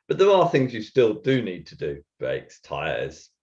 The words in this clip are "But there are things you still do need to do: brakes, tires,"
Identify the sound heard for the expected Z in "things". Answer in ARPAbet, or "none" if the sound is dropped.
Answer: Z